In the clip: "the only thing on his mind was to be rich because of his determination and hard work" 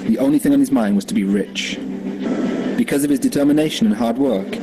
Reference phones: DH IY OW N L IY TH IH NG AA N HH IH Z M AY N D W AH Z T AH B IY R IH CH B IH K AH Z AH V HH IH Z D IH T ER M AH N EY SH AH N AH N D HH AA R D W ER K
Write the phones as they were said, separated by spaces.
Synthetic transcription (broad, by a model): DH IY OW N L IY TH IH NG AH N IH Z M AY N D W AH Z T AH B IY R IH CH B IH K AH Z AH V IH Z D IH T ER M AH N EY SH AH N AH N HH AA R D W ER K